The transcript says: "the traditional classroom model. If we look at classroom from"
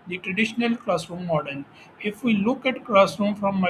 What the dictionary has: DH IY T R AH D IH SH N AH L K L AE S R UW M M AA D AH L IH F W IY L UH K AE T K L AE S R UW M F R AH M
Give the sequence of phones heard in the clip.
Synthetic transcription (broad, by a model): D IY T R AH D IH SH N AH L K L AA S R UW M M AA D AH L IH F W IY L UH K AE T K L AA S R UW M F R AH M